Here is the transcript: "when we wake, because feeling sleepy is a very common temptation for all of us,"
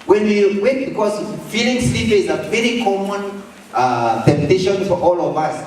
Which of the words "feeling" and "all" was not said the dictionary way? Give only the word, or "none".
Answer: none